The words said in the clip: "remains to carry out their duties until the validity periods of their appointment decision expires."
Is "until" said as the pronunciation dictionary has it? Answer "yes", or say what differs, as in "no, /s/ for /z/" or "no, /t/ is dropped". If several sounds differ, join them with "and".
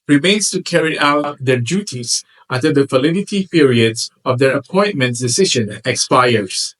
no, /n/ is dropped